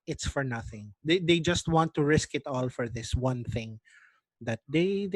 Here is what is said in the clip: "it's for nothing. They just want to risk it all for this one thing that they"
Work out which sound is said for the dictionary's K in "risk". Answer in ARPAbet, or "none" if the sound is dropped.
K